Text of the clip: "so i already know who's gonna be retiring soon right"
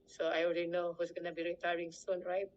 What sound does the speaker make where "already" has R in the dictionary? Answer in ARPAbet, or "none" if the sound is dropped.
L